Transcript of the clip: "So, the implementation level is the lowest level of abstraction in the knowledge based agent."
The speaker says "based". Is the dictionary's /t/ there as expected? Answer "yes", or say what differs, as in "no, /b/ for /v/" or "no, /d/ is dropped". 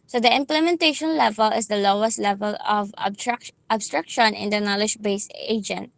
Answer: no, /t/ is dropped